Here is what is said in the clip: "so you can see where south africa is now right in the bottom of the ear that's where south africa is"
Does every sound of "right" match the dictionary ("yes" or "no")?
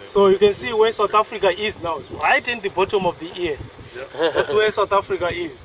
yes